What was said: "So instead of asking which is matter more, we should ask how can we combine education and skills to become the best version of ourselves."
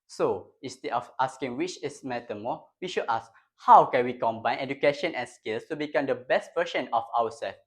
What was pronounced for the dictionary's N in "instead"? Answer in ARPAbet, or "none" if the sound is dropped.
none